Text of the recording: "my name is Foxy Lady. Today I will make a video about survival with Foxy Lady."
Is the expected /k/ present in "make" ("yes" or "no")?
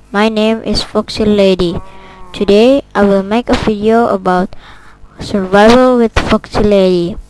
yes